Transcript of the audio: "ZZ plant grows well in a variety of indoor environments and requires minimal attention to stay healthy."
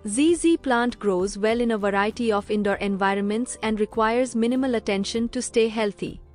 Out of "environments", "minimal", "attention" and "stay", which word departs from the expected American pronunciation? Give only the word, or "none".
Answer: none